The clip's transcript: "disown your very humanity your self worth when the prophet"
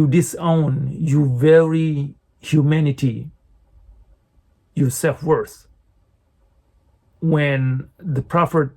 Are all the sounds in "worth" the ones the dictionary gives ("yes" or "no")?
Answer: no